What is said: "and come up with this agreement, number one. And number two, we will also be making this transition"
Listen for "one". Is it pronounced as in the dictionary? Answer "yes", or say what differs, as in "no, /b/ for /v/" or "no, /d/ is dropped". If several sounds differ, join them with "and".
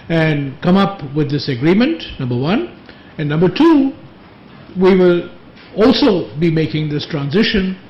yes